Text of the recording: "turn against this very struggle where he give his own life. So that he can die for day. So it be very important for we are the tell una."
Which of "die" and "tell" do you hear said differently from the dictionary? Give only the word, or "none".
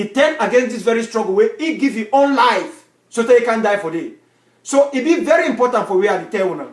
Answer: tell